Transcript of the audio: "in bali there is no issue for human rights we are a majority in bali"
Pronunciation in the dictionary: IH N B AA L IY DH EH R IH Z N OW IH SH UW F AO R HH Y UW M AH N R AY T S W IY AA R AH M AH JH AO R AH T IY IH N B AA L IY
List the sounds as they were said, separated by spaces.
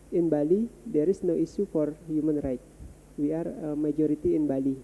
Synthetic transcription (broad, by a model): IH N B AA L IY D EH R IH S N OW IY S UW F AO R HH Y UW M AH N R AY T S W IY AA R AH M AH JH AO R AH T IY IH N B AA L IY